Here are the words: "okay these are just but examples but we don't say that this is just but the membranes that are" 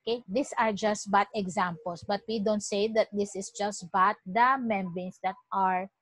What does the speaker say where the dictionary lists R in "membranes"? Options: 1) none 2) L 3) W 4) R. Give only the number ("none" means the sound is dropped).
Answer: 1